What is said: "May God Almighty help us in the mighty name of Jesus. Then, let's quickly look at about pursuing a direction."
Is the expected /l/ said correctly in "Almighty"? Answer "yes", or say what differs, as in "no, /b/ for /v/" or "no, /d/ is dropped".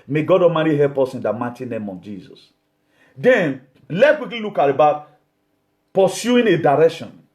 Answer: no, /l/ is dropped